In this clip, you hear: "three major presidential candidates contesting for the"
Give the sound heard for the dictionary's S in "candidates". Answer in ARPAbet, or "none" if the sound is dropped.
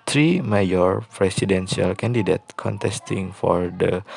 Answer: none